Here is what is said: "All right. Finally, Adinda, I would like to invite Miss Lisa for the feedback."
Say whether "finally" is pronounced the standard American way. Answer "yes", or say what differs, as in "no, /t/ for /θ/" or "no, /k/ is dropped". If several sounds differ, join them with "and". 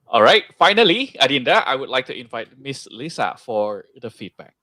yes